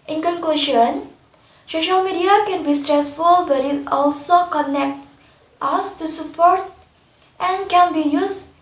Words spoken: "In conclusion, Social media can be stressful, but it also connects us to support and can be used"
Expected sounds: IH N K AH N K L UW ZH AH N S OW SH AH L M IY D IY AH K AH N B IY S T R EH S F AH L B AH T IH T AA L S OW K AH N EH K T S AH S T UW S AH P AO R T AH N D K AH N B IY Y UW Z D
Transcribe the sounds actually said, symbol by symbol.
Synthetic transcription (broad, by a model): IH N K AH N K L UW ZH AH N S OW SH AH L M IY D IY AH K AH N B IY S T R EH S F AH L B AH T IH T AA L S OW K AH N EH K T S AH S T UW S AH P AO R T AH N K AH N B IY Y UW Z